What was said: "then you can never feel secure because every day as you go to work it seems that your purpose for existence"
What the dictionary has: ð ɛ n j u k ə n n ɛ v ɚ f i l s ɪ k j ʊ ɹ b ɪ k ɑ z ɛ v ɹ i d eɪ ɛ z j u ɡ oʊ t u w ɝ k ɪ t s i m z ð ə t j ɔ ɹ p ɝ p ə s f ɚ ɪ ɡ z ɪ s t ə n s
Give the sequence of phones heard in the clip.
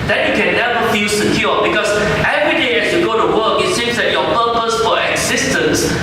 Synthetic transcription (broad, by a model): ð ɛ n j u k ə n n ɛ v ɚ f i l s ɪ k j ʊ b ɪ k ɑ s ɛ v ɹ i d eɪ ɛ s j u ɡ oʊ t u w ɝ k ɪ t s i m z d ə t j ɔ p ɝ p ə s f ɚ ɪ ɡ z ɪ s t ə n s